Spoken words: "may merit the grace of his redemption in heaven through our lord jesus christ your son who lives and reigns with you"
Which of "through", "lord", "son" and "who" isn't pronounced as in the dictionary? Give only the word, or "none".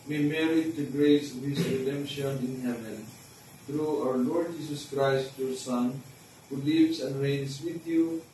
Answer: through